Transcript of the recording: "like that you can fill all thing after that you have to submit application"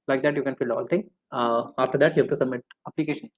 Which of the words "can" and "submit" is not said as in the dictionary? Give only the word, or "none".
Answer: none